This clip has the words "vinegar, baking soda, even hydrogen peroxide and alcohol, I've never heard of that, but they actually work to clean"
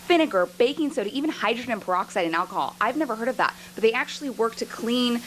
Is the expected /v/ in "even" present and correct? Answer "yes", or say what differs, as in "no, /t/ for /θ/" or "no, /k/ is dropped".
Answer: yes